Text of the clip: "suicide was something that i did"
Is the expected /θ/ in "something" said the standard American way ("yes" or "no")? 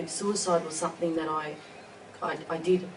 yes